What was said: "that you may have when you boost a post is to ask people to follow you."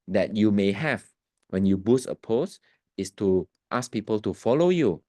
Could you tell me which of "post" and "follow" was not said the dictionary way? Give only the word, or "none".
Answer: post